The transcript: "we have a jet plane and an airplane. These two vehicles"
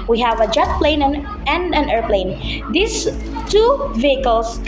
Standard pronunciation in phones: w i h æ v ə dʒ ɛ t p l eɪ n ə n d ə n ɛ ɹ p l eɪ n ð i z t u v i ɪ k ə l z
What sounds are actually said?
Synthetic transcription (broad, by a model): w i h æ v ə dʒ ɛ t p l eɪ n ə n d ə n ɛ ɹ p l eɪ n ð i s t u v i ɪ k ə l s